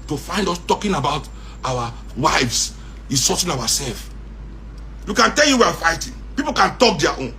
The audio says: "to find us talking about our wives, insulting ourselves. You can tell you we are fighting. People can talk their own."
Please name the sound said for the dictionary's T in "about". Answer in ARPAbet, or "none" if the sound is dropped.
T